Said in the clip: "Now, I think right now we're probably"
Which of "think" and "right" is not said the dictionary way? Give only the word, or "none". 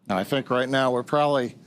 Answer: none